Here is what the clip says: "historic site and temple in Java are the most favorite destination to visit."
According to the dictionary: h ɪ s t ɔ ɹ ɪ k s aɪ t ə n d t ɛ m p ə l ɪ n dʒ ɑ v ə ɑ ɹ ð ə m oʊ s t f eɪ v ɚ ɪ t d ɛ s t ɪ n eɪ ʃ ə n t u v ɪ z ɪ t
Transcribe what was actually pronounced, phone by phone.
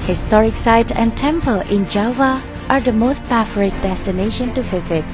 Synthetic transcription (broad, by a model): h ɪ s t ɔ ɹ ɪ k s aɪ t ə n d t ɛ m p ə l ɪ n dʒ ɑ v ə ɑ ɹ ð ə m oʊ s t p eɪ f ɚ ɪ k d ɛ s t ɪ n eɪ ʃ ə n t u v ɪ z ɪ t